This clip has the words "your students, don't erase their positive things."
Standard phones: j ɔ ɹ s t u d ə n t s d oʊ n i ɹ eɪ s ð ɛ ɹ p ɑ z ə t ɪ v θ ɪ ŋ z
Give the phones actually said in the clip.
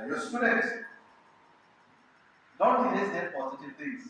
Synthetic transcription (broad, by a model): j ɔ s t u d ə t d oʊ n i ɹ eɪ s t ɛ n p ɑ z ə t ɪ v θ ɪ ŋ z